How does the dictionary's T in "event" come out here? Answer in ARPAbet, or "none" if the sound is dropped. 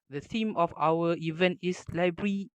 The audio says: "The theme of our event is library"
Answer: T